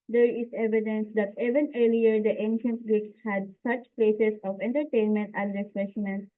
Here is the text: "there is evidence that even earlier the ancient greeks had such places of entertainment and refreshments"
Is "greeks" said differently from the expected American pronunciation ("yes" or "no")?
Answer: yes